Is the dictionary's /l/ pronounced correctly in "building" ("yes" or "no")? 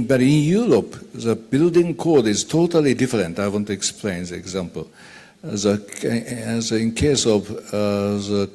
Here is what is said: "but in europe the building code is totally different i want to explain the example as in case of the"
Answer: yes